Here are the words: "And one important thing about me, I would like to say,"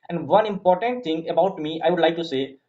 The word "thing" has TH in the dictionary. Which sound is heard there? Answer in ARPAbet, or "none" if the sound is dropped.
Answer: T